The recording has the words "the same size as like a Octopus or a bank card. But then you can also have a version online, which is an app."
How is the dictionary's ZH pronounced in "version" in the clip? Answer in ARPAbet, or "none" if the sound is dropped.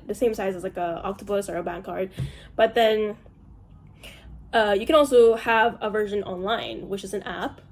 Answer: ZH